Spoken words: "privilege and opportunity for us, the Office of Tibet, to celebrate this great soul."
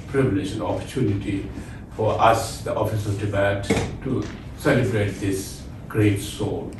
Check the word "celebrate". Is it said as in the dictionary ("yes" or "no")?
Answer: yes